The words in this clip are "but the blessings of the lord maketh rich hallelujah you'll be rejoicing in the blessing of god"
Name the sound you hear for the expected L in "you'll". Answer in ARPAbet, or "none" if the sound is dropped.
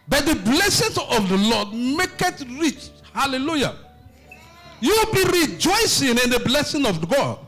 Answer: W